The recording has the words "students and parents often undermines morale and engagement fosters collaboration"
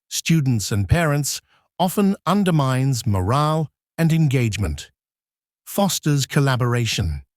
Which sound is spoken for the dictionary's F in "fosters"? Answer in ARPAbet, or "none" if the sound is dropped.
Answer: F